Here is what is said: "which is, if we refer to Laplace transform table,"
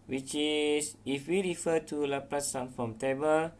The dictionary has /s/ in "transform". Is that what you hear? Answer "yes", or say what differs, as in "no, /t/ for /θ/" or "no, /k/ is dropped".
no, /s/ is dropped